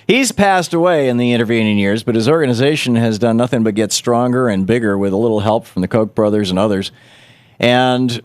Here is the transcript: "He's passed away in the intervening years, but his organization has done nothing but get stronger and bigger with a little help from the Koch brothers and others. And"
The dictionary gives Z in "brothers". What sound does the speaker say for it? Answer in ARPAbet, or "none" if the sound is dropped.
Z